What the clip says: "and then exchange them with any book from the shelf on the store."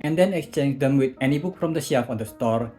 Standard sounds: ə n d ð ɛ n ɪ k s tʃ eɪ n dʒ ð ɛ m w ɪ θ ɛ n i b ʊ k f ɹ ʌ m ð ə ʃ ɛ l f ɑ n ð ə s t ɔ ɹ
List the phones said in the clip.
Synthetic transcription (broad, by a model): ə n d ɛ n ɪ k s tʃ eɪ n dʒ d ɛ m w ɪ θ ɛ n i b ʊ k f ɹ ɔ m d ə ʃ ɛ f ɑ n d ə s t ɔ ɹ